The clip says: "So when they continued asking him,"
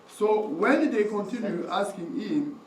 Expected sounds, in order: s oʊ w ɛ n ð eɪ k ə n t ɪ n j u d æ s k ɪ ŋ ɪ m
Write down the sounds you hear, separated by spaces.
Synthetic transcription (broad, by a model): s oʊ w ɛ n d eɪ k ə n t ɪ n j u æ s k ɪ ŋ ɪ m